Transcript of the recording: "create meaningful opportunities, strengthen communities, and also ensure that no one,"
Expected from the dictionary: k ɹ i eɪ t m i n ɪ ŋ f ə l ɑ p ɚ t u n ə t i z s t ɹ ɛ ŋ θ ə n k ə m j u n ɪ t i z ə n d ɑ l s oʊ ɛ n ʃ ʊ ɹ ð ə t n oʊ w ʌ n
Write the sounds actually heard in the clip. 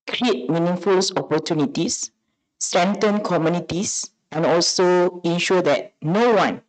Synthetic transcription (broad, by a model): k ɹ i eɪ t m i n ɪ ŋ f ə l ɑ p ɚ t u n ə t i s t ɹ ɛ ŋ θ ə n k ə m j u n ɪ t i s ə n ɑ l s oʊ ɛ n ʃ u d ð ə t n oʊ w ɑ n